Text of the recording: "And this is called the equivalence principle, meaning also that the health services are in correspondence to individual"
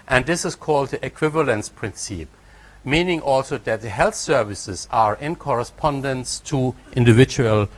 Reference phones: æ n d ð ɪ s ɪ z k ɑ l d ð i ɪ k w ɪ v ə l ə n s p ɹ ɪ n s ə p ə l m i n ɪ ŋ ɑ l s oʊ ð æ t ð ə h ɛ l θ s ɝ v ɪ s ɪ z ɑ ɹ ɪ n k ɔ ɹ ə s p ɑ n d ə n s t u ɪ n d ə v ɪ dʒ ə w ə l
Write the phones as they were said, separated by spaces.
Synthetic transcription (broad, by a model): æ n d ð ɪ s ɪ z k ɑ l d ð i ɪ k w ɪ v ə l ə n s p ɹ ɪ n s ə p m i n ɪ ŋ ɑ l s oʊ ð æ t ð ə h ɛ l θ s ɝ v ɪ s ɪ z ɑ ɹ ɪ n k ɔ ɹ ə s p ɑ n d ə n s t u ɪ n d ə v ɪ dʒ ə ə l